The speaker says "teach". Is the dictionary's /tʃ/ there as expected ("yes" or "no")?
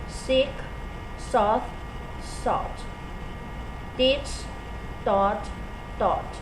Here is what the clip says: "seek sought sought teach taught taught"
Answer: no